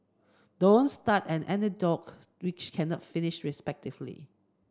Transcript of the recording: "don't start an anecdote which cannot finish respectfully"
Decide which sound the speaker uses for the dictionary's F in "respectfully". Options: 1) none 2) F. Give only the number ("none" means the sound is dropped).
1